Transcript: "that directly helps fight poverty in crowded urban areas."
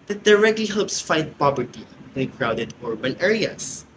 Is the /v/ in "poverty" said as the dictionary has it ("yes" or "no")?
no